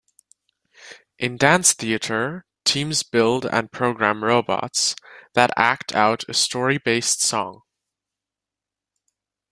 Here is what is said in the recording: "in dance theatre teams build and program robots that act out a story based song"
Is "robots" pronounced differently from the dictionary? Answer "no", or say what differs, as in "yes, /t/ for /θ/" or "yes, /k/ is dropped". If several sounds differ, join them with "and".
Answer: no